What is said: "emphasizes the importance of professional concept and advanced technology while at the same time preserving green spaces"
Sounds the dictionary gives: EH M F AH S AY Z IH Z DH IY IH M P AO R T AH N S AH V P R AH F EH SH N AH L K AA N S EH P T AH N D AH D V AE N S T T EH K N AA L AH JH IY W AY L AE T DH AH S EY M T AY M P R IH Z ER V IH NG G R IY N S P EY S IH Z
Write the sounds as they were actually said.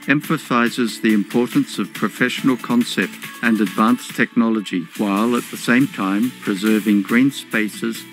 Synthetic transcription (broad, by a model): EH M F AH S AY Z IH Z DH IY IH M P AO R T N S AH V P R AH F EH SH N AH L K AA N S EH P T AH N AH D V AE N S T T EH K N AA L AH JH IY W AY L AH T DH AH S EY M T AY M P R IH Z ER V IH NG G R IY N S P EY S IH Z